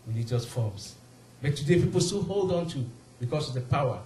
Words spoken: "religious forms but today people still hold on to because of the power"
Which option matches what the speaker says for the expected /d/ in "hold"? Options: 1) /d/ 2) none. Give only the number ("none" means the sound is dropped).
1